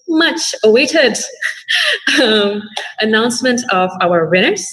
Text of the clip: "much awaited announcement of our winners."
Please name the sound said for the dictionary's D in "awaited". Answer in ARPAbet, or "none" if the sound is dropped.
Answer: D